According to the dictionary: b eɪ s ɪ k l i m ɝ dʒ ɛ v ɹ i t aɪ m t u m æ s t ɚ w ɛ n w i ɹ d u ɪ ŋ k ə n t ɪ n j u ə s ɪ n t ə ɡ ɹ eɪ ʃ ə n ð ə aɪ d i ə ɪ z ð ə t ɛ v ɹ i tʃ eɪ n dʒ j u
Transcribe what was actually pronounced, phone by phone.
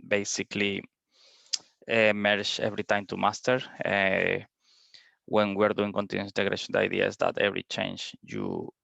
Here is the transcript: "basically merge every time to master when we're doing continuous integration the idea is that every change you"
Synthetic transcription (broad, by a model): b eɪ s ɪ k l i m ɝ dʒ ɛ v ɹ i t aɪ m t u m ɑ s t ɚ w ɛ n w i ɹ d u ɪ ŋ k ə n t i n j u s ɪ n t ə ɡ ɹ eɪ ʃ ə n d aɪ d i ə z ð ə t ɛ v ɹ i tʃ eɪ n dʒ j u